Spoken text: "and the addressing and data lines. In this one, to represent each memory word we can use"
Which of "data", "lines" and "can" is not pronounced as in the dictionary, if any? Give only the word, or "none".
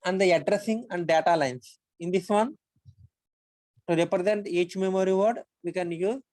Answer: lines